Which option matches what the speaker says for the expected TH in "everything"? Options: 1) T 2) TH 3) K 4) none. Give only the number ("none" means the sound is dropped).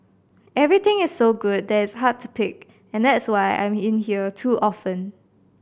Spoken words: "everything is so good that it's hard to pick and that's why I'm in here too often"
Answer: 1